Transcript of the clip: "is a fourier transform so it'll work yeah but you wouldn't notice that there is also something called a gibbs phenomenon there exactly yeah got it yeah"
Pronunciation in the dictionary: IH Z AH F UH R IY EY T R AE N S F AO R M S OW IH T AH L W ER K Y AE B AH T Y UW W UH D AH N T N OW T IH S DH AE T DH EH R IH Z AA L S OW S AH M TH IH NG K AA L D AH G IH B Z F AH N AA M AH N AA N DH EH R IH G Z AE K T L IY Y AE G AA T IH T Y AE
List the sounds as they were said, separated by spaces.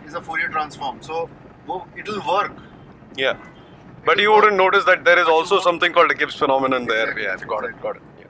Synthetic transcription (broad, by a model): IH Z AH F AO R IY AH T R AE N S F AO R M S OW IH T AH L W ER K Y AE B AH T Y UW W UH D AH N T N OW T IH S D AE T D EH R IH Z AA L S OW S AH M T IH NG K AA L D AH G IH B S F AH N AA M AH N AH N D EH R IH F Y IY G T IY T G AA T IH T Y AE